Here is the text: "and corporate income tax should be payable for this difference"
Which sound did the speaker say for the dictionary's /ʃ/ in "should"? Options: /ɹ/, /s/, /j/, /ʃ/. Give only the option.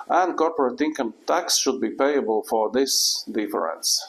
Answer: /ʃ/